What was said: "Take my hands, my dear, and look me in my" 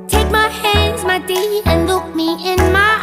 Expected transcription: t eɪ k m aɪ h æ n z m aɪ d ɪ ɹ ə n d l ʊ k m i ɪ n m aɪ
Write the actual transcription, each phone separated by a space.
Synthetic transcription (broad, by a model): t eɪ k m aɪ h æ n z m aɪ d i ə n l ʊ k m i ɪ n m aɪ